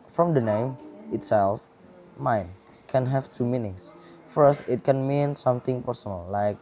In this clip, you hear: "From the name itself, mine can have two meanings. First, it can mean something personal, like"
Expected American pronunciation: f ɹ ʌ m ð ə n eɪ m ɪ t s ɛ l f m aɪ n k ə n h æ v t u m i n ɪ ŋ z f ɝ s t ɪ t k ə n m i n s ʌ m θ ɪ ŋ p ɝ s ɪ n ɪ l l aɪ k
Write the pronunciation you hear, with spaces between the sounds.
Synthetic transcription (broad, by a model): f ɹ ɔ m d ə n eɪ m ɪ t s ɛ l f m aɪ n k ə n h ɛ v t u m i n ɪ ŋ s f ɝ s t ɪ t k ə n m i n s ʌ m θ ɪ ŋ p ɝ s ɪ n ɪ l l aɪ k